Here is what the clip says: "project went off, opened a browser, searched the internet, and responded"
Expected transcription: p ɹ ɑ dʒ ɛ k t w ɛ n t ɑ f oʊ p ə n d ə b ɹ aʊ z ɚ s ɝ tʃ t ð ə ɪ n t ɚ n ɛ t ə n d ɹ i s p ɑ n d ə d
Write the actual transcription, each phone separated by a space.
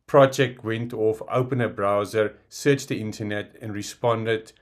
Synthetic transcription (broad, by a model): p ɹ ɑ dʒ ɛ k t w ɛ n t ɑ f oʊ p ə n ə b ɹ aʊ z ɚ s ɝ tʃ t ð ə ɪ n t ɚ n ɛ t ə n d ɹ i s p ɑ n d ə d